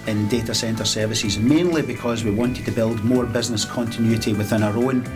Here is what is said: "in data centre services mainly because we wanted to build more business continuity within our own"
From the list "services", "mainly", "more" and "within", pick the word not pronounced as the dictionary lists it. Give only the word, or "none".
none